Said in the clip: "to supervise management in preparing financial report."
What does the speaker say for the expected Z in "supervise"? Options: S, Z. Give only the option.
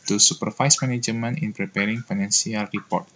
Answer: S